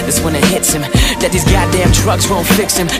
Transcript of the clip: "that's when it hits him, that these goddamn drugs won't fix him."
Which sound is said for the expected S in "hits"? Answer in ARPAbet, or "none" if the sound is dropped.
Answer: S